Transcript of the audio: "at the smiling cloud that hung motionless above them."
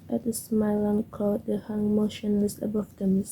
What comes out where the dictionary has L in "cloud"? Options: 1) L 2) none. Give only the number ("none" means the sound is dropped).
2